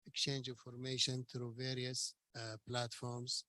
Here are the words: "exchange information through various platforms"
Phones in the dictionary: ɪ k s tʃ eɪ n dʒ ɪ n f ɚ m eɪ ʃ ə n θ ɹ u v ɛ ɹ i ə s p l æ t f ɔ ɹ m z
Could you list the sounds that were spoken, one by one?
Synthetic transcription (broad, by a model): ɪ k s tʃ eɪ n dʒ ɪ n f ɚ m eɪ ʃ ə n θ ɹ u v ɛ ɹ i ə s p l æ t f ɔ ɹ m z